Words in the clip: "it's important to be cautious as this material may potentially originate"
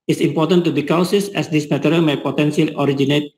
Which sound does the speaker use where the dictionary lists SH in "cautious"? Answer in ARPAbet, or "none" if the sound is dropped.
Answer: S